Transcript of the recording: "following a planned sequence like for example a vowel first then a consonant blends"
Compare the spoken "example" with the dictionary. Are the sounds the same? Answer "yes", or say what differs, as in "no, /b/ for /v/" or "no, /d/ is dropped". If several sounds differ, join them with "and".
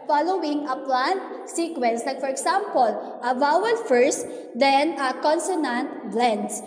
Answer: no, /s/ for /z/